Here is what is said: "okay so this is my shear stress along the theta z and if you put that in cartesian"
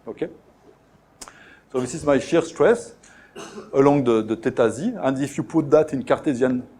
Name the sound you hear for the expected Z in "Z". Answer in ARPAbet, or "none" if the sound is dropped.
Z